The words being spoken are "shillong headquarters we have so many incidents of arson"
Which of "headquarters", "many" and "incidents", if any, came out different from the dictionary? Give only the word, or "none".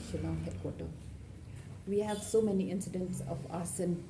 headquarters